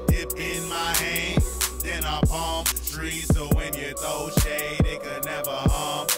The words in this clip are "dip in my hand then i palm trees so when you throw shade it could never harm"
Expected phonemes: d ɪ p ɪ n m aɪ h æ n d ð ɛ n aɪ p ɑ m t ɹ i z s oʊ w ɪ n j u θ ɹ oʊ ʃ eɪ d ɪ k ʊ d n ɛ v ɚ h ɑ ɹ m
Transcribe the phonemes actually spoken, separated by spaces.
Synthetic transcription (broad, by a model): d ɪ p ɪ n m aɪ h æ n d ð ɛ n aɪ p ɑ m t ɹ i s oʊ w ɪ n j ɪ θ oʊ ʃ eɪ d ɪ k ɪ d n ɛ v ɚ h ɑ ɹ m